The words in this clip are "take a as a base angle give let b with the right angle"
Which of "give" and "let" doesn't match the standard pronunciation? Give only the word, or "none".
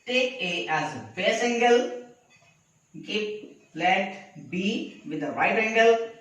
give